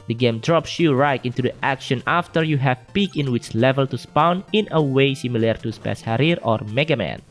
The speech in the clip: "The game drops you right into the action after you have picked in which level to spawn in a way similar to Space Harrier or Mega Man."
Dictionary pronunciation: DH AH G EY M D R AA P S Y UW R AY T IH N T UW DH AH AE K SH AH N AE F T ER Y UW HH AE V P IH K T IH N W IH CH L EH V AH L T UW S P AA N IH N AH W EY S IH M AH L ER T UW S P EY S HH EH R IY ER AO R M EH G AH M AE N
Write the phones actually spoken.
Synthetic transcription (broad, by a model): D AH G EY M D R AA P S Y UW R AY T IH N T UW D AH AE K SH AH N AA F T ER Y UW HH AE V P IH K IH N W IH CH L EH V AH L T UW S P AA N IH N AH W EY S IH M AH L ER T UW S P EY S HH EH R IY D AO R M EH G AH M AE N